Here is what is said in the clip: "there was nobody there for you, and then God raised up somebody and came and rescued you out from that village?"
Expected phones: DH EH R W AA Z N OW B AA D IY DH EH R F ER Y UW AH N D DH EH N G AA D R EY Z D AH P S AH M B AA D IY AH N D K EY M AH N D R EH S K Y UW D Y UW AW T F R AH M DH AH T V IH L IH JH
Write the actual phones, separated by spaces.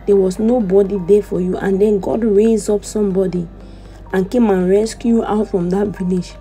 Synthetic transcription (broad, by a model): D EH W AA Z N OW B AA D IY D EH F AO Y UW AH N D EH N G AA D R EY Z AO P S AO M B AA D IY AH N K EY M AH N R EH S K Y Y UW AW T F R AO M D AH T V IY L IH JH